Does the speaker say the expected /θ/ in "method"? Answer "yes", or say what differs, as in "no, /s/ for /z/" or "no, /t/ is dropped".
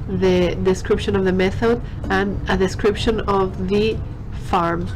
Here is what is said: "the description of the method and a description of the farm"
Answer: yes